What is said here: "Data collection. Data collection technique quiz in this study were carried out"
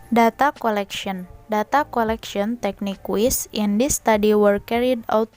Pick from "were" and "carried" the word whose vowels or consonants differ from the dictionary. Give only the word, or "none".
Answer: none